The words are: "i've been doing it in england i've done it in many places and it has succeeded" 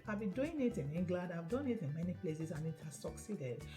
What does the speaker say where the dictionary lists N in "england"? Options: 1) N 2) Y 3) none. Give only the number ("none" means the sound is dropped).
3